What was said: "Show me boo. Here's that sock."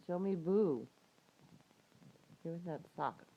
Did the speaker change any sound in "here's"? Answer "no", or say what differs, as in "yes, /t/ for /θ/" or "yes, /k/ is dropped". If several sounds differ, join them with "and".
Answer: yes, /w/ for /ɹ/